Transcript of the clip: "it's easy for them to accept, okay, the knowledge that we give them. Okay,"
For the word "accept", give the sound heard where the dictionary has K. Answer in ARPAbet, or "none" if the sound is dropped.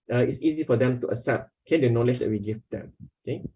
none